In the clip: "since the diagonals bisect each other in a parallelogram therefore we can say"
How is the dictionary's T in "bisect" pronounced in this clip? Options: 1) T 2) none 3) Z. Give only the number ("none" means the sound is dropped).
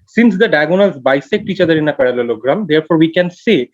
1